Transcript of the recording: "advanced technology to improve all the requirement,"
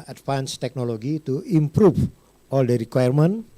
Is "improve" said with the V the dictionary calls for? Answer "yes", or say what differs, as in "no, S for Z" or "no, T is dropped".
no, F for V